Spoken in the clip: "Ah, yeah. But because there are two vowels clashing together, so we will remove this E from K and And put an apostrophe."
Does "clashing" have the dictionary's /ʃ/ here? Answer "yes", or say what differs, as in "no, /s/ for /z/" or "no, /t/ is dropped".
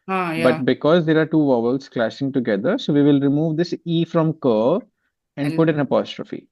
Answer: no, /s/ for /ʃ/